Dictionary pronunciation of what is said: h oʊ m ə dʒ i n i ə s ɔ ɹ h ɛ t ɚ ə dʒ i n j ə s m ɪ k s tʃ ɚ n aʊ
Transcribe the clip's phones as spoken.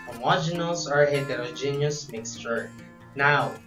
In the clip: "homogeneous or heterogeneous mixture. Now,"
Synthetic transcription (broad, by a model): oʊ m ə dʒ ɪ n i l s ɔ ɹ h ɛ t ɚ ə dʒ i n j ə s m ɪ k s tʃ ɚ n aʊ